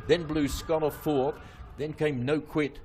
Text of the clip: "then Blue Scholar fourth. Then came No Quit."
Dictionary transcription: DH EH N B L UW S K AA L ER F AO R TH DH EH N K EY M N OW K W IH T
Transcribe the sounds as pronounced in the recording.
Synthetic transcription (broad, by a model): DH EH N B L UW S K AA N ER F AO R DH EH N K EY M N OW K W IH T